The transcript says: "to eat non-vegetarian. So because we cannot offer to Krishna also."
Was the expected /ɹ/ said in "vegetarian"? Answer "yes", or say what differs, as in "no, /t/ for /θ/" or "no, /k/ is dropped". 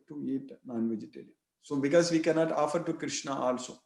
no, /l/ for /ɹ/